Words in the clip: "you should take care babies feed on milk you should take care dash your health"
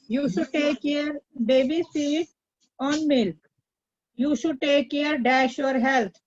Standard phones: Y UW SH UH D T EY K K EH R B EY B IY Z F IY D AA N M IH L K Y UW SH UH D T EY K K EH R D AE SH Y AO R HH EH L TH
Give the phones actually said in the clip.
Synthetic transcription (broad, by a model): Y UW SH UH D T EY K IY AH R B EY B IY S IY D AA N M IH L K Y UW SH UH D T EY K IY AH R D AE SH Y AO R HH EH L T